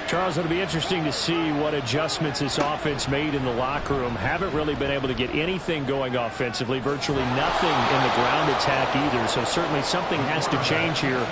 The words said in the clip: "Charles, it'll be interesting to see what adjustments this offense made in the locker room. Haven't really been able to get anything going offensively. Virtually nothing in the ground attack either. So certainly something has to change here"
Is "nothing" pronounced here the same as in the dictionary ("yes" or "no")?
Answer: yes